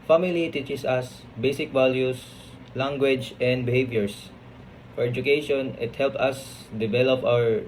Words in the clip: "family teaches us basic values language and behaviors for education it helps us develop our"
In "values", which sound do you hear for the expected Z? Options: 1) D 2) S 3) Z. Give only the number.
2